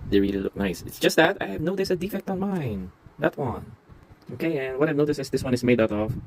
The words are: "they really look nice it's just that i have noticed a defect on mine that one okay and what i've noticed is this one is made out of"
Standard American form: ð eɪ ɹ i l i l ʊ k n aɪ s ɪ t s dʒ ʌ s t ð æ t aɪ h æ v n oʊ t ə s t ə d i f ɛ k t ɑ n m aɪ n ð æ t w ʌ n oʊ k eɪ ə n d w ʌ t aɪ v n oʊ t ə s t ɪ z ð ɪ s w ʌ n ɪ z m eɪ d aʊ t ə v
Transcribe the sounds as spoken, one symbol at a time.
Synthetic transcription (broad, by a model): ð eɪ ɹ i l i l ʊ k n aɪ s ɪ t s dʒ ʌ s t ð æ t aɪ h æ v n oʊ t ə s ə d i f ɛ k t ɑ n m aɪ n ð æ t w ʌ n oʊ k eɪ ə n w ʌ t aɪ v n oʊ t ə s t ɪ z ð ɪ s w ʌ n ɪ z m eɪ d aʊ t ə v